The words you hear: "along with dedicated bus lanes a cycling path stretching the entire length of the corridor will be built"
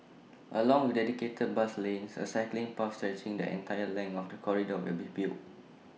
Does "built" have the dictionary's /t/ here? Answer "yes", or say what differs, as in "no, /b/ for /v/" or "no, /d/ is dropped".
no, /t/ is dropped